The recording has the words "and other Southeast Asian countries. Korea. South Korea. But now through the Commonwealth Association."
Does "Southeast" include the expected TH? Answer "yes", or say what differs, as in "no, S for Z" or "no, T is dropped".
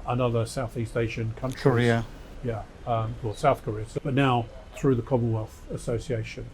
yes